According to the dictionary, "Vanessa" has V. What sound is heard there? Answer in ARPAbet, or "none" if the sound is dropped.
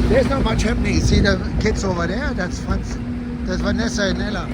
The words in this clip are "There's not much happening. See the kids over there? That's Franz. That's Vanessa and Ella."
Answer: W